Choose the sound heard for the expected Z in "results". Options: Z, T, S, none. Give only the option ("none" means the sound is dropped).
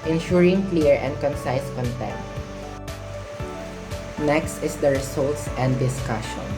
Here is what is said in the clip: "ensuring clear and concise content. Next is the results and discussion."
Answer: S